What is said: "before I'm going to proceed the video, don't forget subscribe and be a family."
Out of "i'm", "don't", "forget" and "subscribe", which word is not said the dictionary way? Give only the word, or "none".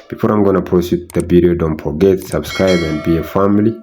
forget